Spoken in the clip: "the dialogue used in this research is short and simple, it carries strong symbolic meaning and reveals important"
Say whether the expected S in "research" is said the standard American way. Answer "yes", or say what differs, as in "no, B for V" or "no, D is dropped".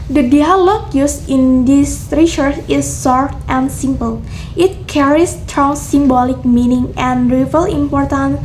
no, SH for S